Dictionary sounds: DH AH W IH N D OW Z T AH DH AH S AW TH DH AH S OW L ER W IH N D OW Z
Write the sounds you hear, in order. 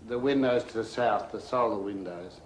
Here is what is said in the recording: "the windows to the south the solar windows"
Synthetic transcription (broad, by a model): DH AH W IH N D OW Z T AH DH AH S AW TH DH AH S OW L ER W IH N D OW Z